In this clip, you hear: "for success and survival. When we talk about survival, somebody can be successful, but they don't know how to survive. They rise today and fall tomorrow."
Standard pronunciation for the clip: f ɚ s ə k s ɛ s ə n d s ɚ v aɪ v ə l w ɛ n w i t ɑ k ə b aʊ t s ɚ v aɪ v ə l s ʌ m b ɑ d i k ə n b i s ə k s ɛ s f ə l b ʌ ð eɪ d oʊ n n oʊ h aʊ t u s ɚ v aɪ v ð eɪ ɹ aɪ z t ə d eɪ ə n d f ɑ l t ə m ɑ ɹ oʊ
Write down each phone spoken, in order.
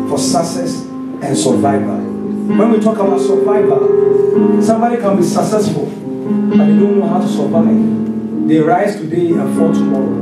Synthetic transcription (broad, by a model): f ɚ s ə k s ɛ s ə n s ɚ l aɪ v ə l w ɛ n w i t ɑ k ə b aʊ t s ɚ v aɪ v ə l s ʌ m b ɑ d i k ə n b i s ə k s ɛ s ə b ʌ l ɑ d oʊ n n oʊ h aʊ t u s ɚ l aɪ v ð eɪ ɹ aɪ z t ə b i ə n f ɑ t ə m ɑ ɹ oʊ